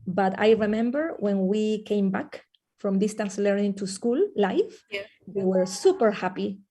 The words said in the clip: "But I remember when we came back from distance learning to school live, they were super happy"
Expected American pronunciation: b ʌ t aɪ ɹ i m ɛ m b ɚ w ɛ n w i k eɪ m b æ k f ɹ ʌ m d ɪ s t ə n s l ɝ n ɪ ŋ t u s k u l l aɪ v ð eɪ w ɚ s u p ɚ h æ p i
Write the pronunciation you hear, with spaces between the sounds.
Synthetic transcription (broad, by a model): b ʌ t aɪ ɹ i m ɛ m b ɚ w ɛ n w i k eɪ m b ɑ k f ɹ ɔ m d ɪ s t ə n s l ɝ n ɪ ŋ t u s k u l l aɪ f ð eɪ w ɚ s u p ɚ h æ p i